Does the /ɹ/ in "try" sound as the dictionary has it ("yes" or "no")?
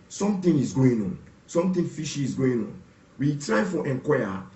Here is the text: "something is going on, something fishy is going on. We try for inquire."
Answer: yes